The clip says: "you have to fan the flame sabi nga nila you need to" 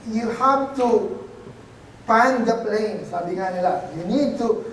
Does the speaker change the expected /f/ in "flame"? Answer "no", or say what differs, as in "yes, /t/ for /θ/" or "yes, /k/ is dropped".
yes, /p/ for /f/